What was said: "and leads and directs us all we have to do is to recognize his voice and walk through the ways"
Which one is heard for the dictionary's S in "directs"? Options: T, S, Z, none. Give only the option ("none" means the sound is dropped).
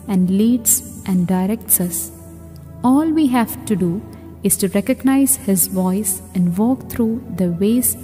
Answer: S